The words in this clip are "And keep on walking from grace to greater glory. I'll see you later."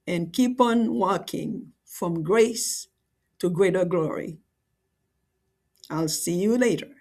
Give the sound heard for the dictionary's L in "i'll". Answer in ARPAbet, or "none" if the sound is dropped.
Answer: L